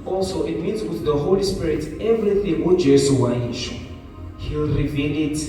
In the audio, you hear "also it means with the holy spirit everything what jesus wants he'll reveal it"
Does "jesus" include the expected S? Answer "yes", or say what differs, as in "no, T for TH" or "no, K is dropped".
no, S is dropped